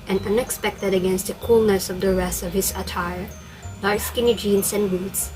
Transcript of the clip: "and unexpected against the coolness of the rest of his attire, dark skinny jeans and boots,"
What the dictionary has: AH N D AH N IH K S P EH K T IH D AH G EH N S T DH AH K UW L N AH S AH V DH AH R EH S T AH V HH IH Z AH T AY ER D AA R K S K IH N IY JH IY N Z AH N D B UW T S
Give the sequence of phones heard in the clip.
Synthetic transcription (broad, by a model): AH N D AH N IH K S P EH K T IH D AH G EH N S T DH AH K UW L N AH S AH V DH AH R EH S AH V HH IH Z AH T AY ER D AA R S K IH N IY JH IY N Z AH N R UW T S